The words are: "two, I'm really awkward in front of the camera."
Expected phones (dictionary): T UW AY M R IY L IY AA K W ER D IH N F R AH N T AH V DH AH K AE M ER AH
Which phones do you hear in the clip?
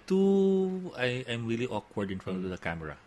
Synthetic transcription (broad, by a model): T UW AY M R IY L IY AA K W ER D IH N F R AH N AH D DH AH K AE M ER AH